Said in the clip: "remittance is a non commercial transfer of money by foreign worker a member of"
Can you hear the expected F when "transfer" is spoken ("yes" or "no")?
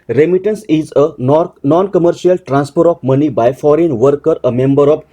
no